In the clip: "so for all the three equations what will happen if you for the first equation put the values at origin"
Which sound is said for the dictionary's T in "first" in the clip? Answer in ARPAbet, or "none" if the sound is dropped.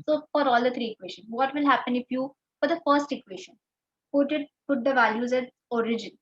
T